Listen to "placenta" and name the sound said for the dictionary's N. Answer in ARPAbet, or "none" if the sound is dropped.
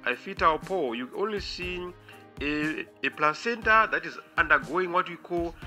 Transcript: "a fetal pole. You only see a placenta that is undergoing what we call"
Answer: N